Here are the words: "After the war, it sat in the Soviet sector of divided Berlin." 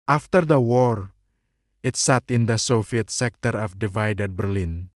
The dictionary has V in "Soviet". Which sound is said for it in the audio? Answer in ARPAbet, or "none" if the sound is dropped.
F